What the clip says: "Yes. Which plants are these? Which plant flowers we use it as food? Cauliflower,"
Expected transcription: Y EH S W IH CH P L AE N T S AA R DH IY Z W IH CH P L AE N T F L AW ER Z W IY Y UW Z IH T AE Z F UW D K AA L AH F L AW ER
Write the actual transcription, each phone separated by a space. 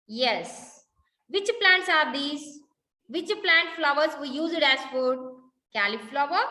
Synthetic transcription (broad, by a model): Y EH S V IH CH P L AE N T S AA R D IY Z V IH CH P L AE N T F L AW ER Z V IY Y UW Z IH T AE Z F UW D K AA L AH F L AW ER